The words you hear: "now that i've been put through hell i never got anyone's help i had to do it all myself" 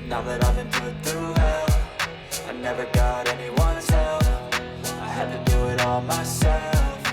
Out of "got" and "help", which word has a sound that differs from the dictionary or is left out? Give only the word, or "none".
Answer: help